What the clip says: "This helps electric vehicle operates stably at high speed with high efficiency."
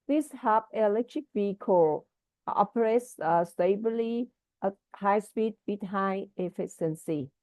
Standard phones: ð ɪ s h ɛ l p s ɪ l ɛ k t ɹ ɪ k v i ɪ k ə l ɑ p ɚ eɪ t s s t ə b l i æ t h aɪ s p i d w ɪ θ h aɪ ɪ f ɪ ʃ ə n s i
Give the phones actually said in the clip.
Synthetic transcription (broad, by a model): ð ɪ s h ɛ p ɪ l ɛ k t ɹ ɪ k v i k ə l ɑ p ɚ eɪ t s s t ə b l i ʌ h aɪ s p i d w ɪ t h aɪ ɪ f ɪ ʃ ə n s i